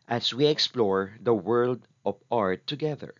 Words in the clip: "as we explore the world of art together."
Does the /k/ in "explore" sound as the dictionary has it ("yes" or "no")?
yes